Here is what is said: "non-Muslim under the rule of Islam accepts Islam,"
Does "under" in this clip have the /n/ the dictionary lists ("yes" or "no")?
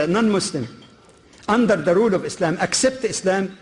yes